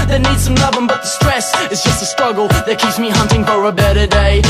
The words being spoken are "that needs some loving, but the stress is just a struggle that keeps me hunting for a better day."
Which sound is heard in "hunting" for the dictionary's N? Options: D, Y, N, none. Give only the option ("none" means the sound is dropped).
N